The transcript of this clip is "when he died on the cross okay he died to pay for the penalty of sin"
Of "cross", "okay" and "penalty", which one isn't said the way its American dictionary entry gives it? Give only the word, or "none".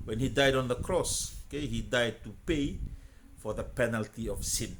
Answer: none